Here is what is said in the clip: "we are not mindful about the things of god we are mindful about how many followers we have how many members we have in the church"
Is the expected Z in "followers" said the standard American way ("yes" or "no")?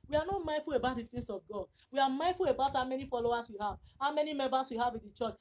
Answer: no